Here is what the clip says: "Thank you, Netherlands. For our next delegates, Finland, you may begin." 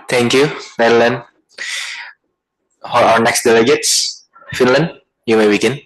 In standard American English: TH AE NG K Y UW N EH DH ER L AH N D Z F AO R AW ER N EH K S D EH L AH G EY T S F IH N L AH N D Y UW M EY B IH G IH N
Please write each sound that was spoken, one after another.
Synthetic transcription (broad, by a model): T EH NG K Y UW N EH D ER L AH N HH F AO L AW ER N EH K S D EH L AH G EY T S F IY N L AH N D Y UW M EY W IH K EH N